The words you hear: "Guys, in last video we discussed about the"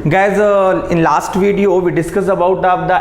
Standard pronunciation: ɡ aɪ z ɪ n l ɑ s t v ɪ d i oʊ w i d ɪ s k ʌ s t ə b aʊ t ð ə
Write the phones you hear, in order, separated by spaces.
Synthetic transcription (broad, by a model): ɡ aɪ z ɪ n l ɑ s t v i d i oʊ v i d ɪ s k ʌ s ə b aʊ t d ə